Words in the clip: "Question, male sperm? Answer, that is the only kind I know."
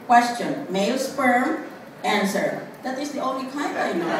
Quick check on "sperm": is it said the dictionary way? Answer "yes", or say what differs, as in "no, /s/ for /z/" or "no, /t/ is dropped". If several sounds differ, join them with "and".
no, /f/ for /p/